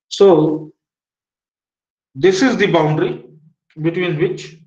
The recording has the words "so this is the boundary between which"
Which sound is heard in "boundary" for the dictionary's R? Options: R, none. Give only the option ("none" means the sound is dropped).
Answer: R